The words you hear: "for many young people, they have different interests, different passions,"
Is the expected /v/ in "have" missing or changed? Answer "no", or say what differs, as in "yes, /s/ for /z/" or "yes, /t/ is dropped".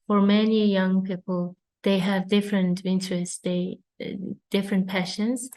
no